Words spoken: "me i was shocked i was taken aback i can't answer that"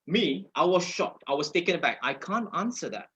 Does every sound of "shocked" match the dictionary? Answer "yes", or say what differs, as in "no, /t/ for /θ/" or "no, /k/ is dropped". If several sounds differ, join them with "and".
yes